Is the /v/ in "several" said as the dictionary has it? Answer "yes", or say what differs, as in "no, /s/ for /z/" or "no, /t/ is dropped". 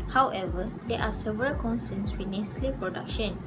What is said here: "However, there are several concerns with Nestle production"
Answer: yes